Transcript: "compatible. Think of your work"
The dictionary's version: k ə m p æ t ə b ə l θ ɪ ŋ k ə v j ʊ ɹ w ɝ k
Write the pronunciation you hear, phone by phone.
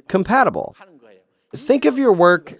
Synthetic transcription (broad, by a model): k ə m p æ t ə b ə l θ ɪ ŋ k ə v j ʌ ɹ w ɝ k